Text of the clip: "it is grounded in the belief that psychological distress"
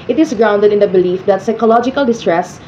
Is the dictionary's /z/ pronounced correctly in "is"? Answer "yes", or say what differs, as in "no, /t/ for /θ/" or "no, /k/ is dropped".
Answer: no, /s/ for /z/